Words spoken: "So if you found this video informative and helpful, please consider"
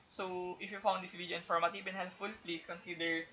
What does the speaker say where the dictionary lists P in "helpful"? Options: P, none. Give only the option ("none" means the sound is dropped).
none